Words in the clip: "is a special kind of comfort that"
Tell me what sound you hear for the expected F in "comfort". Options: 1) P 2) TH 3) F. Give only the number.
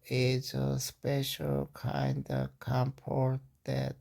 1